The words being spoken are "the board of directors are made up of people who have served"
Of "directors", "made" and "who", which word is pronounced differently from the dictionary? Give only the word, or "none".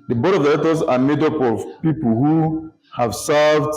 directors